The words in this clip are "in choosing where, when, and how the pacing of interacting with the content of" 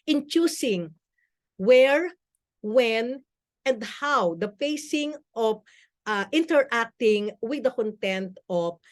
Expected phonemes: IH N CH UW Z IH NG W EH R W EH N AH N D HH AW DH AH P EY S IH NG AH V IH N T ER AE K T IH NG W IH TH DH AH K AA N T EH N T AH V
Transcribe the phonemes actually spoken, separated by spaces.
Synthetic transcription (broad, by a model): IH N CH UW S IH NG W EH R W EH N AH N D HH AW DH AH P EY S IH NG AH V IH N T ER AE K T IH NG W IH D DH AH K AA N T EH N T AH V